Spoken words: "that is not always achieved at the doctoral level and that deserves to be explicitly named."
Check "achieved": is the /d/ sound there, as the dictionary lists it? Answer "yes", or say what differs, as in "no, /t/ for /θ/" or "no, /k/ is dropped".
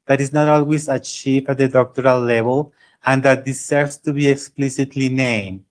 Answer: no, /d/ is dropped